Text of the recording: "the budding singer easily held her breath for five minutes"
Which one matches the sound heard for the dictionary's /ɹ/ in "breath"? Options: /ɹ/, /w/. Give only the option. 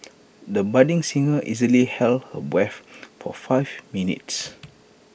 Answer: /w/